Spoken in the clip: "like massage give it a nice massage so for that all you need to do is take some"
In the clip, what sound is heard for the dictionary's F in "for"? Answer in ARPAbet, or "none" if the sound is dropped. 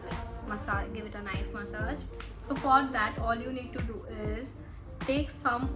P